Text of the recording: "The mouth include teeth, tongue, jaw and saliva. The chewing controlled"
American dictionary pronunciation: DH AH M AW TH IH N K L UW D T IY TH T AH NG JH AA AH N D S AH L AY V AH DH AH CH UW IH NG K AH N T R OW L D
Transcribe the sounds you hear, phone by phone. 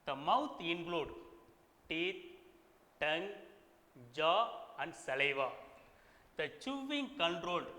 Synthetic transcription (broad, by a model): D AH M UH T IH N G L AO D T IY T T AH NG JH AA AH N D S AH L AY V AH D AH CH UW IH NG K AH N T R OW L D